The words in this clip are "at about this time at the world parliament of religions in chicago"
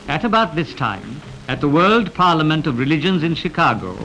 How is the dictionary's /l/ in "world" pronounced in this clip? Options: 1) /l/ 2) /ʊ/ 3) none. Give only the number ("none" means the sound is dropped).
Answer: 1